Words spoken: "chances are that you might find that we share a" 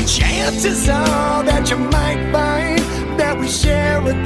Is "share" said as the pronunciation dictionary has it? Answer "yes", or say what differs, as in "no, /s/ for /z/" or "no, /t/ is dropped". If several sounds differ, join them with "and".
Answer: no, /w/ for /ɹ/